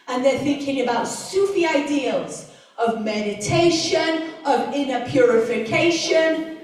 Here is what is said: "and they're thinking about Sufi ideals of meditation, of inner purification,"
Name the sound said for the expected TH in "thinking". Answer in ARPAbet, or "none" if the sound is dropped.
TH